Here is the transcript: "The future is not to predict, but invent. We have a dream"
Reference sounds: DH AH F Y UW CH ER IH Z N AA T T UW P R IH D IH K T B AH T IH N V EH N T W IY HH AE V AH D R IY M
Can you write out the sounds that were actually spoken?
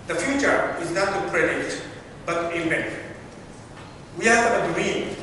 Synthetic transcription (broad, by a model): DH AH F Y UW CH ER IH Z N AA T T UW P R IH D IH T B AH T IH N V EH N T W IY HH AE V AH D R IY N